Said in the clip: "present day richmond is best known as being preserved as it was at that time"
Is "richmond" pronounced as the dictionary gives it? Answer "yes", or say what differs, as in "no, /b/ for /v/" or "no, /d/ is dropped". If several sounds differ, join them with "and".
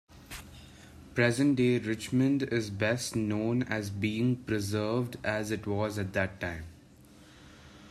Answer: yes